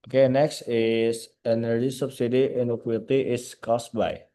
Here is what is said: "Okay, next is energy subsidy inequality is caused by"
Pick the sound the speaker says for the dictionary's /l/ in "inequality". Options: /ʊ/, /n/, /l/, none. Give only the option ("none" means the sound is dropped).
none